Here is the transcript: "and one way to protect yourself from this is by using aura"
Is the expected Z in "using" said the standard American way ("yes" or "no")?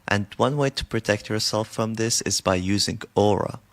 yes